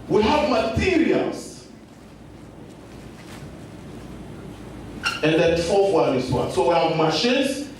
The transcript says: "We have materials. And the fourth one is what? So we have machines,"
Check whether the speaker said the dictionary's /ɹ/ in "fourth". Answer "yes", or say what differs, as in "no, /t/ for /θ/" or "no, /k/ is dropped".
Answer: no, /l/ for /ɹ/